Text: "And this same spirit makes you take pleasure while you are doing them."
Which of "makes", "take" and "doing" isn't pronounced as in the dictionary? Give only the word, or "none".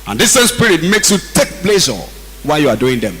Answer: none